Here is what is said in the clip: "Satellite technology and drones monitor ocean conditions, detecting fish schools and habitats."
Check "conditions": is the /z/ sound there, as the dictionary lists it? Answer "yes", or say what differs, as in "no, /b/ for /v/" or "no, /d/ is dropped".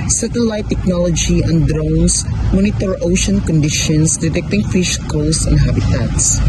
no, /s/ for /z/